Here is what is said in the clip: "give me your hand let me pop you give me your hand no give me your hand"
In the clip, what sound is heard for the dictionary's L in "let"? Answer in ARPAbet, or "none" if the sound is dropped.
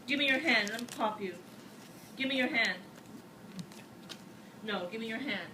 L